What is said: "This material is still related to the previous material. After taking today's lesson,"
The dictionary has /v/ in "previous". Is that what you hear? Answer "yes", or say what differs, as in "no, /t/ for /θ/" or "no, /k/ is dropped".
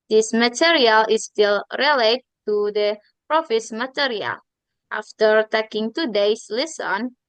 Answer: no, /f/ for /v/